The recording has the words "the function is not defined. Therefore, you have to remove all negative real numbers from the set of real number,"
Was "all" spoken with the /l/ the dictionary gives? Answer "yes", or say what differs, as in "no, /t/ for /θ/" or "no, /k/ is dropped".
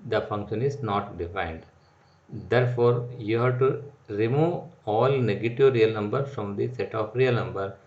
yes